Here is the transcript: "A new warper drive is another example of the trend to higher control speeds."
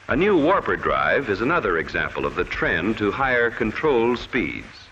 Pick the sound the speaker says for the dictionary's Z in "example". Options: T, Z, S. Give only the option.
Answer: Z